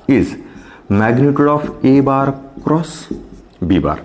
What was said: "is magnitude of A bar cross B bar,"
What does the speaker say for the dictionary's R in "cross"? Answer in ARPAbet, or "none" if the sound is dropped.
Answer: R